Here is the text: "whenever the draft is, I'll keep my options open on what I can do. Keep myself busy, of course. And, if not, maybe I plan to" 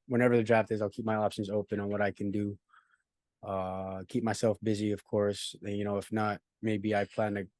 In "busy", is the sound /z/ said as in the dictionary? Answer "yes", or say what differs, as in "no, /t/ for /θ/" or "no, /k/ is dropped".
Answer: yes